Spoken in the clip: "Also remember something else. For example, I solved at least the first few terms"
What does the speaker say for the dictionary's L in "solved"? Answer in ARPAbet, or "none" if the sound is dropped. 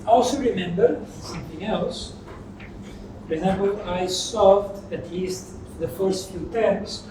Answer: none